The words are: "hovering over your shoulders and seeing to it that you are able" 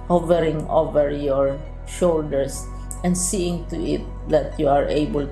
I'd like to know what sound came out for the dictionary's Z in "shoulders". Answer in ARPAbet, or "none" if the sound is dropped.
S